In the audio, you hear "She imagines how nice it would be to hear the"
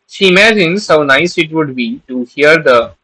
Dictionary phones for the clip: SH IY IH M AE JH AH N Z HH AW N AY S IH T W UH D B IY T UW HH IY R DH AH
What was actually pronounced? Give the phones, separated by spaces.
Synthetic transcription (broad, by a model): SH IY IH M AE JH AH N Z HH AW N AY S IH T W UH D B IY T UW HH IY R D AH